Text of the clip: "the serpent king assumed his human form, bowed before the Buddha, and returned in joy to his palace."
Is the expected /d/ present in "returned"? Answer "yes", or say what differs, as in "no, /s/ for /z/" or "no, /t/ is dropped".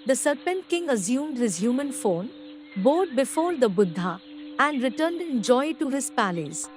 yes